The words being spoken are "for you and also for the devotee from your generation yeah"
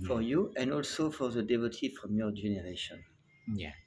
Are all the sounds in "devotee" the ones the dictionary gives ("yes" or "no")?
yes